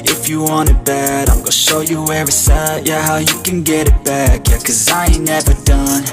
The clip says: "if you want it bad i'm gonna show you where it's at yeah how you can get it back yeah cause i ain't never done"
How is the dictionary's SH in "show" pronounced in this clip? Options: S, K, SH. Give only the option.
SH